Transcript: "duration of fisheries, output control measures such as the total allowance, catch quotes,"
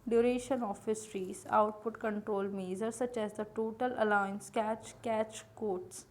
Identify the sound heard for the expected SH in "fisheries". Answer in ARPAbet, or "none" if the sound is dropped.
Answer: S